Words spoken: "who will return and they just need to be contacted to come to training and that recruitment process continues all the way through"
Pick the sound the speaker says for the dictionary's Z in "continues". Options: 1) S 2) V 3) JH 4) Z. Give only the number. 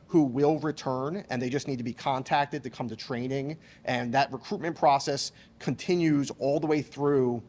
4